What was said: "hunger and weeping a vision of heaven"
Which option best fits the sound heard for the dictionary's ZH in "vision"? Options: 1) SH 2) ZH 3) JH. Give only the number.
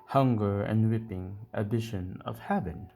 1